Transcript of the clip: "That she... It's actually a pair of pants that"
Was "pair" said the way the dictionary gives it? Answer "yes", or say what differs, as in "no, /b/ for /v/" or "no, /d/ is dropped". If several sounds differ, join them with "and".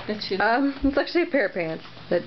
yes